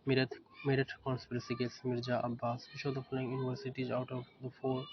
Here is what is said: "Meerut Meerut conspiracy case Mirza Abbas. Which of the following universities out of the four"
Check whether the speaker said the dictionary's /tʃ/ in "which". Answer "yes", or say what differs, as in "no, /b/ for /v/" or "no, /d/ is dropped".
no, /ʃ/ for /tʃ/